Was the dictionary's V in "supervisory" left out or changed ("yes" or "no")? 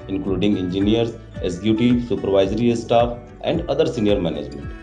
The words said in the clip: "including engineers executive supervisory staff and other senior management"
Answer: no